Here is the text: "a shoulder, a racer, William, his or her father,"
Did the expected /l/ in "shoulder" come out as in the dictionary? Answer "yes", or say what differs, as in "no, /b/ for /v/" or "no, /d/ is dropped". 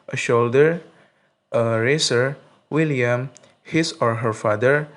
yes